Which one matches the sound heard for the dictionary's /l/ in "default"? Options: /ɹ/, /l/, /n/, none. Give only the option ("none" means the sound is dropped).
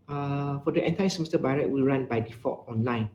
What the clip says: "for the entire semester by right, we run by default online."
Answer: none